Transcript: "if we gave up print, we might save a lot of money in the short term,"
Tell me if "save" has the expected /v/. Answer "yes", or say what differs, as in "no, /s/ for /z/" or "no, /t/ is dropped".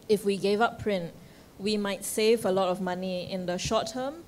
yes